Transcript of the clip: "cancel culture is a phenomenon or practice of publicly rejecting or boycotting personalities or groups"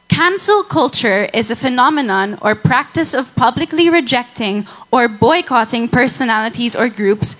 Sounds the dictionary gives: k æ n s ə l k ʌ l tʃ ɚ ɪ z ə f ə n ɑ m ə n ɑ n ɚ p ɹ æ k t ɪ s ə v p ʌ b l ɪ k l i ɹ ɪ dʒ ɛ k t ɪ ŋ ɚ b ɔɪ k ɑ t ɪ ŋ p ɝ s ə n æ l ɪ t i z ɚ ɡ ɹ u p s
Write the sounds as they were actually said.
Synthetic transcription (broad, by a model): k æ n s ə l k ʌ l tʃ ɚ ɪ z ə f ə n ɑ m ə n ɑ n ɚ p ɹ æ k t ɪ s ə v p ʌ b l ɪ k l i ɹ ɪ dʒ ɛ k t ɪ ŋ ɚ b ɔɪ k ɑ t ɪ ŋ p ɝ s ə n æ l ɪ t i z ɚ ɡ ɹ u p s